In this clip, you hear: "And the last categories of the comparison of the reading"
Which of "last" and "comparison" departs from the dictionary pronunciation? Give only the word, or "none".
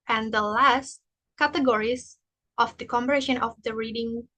comparison